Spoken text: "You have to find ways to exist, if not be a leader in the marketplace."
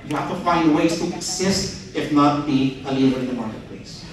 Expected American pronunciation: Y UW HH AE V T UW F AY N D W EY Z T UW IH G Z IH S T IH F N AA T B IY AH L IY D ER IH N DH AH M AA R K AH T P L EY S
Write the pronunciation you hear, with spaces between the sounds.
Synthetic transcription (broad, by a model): Y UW HH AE F T UW F AY N D W EY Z T UW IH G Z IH S T IH F N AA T B IY AH L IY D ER IH N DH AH M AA R K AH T P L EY S